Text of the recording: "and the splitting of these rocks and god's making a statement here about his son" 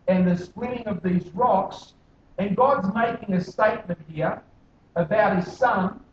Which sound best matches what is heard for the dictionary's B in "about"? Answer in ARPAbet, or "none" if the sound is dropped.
B